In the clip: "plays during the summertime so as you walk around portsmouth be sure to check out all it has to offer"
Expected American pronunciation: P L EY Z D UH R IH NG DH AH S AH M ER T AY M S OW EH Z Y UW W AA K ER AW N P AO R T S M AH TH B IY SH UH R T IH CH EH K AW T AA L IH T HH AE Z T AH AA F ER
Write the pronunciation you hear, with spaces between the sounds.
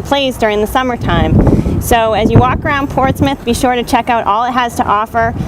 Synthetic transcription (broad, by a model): P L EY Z D UH R IH NG DH AH S AH M ER T AY M S OW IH Z Y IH W AA K ER AW N P AO R T S M AH TH B IY SH UH R T IH CH EH K AW T AA L IH T HH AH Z T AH AA F ER